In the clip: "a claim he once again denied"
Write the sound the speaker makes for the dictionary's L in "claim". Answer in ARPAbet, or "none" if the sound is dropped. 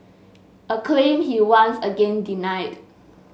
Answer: L